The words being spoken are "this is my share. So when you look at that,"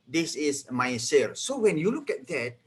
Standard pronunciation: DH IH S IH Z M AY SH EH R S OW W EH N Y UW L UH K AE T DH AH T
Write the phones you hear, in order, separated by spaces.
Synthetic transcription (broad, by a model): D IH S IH S M AY S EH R S OW W EH N Y UW L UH K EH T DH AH T